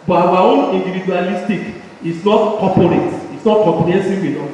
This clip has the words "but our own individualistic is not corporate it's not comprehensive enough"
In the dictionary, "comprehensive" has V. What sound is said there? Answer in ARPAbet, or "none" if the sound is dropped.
W